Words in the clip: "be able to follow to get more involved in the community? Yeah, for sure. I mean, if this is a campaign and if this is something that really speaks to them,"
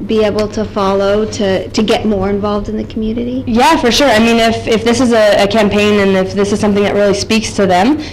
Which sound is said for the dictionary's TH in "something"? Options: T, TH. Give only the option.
TH